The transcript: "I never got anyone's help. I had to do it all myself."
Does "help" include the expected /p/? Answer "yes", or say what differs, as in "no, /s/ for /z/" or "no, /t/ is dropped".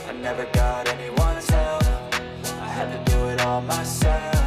no, /p/ is dropped